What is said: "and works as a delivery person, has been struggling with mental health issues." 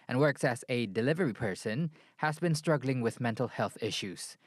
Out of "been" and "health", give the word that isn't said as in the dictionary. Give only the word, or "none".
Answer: none